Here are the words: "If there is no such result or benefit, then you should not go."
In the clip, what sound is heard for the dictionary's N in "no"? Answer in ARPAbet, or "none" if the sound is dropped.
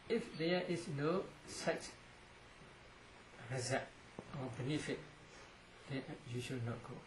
N